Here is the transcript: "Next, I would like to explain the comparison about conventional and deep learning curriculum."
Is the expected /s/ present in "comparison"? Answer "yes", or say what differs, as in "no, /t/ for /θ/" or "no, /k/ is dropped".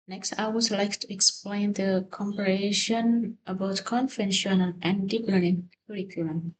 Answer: no, /ʃ/ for /s/